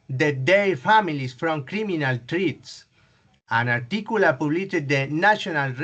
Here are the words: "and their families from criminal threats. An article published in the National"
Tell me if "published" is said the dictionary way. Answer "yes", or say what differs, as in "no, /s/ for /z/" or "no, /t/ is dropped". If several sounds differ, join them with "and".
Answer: no, /ʃ/ is dropped